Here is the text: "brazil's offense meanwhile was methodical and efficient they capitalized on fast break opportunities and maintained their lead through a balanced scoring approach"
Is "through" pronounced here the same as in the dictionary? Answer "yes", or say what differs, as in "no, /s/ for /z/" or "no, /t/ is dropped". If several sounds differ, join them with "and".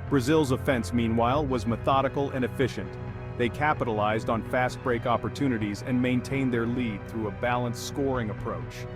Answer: yes